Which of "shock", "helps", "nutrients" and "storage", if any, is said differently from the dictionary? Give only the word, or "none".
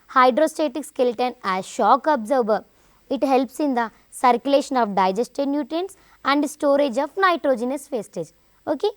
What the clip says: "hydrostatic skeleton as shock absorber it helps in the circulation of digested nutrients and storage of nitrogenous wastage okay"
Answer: nutrients